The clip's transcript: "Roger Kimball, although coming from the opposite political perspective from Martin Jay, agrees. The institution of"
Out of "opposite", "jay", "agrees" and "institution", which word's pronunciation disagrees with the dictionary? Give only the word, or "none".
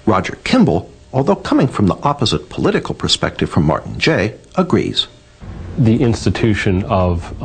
none